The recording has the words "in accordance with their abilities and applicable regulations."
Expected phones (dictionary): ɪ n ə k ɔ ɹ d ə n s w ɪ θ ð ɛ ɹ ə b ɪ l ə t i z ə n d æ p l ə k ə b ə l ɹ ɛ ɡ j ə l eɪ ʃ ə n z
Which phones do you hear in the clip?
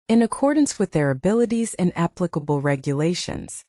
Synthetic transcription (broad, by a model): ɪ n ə k ɔ ɹ d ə n s w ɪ ð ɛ ɹ ə b ɪ l ə t i z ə n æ p l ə k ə b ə l ɹ ɛ ɡ j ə l eɪ ʃ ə n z